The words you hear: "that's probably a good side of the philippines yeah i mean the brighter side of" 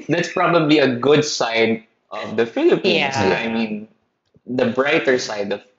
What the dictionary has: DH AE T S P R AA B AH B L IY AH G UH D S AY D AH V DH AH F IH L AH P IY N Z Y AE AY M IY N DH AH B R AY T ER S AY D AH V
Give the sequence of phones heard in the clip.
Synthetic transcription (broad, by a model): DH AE T S P R AA B AH B L IY AH G UH D S AY D AH V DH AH F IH L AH P IY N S AY M IY N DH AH B R AY T ER S AY D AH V